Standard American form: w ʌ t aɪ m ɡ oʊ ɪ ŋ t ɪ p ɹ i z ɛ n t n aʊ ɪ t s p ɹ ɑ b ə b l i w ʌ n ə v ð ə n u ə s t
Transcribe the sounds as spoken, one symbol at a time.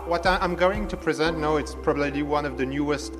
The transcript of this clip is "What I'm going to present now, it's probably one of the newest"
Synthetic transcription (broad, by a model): w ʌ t aɪ m ɡ oʊ ɪ ŋ t ɪ p ɹ i z ɛ n t n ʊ ɪ t s p ɹ ɑ b ə b l i w ʌ n ə v ð ə n u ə s t